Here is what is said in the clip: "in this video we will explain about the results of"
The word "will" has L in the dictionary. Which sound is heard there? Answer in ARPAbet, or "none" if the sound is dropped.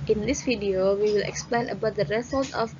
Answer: L